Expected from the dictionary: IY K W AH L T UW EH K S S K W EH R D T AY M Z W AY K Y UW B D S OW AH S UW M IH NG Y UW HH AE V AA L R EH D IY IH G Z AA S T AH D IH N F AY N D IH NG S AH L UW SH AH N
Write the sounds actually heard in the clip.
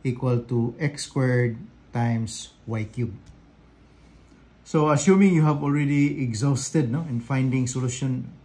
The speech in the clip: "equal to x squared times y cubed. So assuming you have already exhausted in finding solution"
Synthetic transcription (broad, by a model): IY K W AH L T UW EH K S S K W EH R D T AY M S W AY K Y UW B S OW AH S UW M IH NG Y UW HH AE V AA L R EH D IY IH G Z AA S T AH D IH N F AY N D IH NG S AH L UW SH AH N